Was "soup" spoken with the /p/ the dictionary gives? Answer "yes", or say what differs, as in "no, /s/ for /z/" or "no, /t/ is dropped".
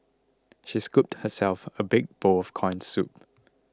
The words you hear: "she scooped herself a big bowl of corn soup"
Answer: yes